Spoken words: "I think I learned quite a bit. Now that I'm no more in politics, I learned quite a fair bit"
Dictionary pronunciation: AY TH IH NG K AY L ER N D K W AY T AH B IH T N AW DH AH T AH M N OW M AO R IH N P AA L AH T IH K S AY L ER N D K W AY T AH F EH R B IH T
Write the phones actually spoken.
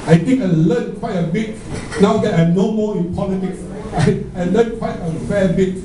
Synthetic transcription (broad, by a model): AY T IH NG K AY L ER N K W AY T AH B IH T N AW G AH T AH N OW M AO IH N P AA L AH T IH K S AY L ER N K W AY T AH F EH B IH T